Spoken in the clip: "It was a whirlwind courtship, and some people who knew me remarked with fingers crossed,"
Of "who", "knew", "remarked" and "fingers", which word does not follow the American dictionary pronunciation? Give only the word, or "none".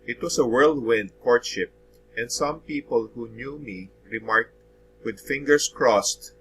fingers